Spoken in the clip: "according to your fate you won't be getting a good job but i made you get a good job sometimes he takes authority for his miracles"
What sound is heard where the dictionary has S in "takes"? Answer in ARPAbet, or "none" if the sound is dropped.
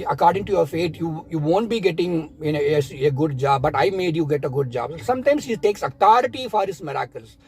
S